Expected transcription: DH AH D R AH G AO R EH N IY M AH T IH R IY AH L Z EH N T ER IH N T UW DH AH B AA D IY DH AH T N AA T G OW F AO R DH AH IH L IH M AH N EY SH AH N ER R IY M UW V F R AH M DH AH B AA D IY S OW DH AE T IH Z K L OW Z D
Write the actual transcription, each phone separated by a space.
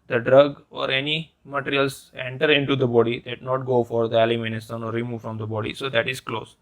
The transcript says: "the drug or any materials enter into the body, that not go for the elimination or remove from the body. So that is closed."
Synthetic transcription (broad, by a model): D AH D R AH G AO R EH N IY M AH T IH R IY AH L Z EH N T ER IH N T UW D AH B AA D IY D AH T N AA T G OW F AO R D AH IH L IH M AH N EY S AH N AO R IY M UW V F R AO M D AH B AA D IY S OW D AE T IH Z K L OW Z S